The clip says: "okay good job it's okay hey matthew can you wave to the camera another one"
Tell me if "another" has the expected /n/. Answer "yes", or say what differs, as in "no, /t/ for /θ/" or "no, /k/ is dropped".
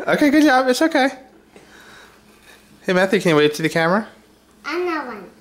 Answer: no, /n/ is dropped